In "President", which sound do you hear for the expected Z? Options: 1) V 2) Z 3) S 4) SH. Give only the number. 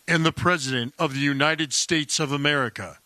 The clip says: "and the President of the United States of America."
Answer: 2